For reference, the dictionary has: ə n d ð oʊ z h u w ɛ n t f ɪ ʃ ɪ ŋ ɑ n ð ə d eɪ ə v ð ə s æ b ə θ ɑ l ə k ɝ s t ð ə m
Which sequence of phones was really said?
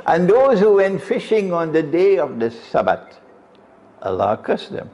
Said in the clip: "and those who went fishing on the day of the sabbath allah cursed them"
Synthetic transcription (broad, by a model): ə n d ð oʊ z h u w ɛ n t f ɪ ʃ ɪ ŋ ɑ n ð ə d eɪ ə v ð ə s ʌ b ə t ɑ l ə k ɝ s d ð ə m